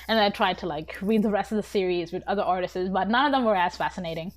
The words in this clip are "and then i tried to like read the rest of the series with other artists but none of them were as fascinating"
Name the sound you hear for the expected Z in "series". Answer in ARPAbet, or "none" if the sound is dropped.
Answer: Z